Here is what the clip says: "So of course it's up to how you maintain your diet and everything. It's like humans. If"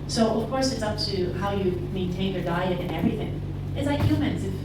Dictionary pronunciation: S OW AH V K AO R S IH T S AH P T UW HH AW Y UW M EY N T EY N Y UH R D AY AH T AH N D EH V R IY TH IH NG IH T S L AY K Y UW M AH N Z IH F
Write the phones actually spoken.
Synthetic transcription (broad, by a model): S OW AH V K AO R S IH T S AH P T UW HH AW Y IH M EY N T EY N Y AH R D AY AH T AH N EH V R IY TH IH NG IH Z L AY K Y UW M AH N Z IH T